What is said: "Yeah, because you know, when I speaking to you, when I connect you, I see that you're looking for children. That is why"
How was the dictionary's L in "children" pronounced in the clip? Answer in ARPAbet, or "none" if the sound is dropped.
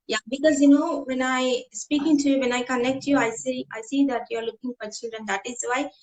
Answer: none